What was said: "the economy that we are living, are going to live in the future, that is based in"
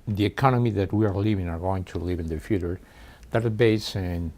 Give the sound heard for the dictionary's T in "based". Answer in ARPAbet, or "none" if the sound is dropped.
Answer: none